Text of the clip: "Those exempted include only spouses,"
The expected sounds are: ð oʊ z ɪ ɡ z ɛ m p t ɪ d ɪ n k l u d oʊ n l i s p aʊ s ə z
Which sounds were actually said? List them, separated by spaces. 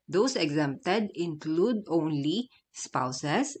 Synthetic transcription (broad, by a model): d oʊ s ɪ ɡ z ɛ m p t ɪ d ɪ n k l u d oʊ n l i s p aʊ s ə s